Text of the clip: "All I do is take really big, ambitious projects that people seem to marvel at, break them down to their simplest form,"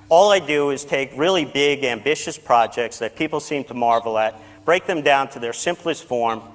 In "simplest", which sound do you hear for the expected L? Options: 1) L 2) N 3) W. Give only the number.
1